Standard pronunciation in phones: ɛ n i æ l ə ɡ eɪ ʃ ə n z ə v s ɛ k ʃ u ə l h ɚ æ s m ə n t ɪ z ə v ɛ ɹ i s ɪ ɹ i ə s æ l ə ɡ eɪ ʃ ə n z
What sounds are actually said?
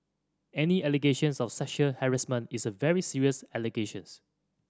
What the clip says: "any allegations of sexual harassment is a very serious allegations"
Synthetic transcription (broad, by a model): ɛ n i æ l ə ɡ eɪ ʃ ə n s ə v s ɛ ʃ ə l h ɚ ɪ s m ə n ɪ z ə v ɛ ɹ i s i ɹ i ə s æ l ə ɡ eɪ ʃ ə n s